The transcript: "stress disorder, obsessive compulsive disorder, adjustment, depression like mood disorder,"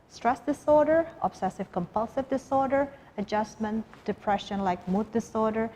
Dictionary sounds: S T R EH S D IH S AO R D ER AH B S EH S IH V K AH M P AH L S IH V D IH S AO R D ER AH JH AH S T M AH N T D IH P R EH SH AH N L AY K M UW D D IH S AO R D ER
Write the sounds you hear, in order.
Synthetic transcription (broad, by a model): S T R EH S D IH S AO R D ER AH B S EH S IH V K AH M P AH L S IH V D IH S AO R D ER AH JH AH S M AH N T D IH P R EH SH AH N L AY K M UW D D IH S AO R D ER